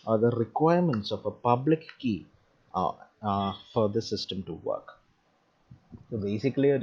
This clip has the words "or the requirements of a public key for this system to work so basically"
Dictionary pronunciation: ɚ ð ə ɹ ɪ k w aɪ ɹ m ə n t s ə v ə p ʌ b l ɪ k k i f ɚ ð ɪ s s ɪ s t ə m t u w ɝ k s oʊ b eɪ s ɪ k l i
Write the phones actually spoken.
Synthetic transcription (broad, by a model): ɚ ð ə ɹ ɪ k w aɪ ɹ m ə n t s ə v ə p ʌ b l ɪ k k i f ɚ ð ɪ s s ɪ s t ə m t u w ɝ k s oʊ b eɪ s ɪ k l i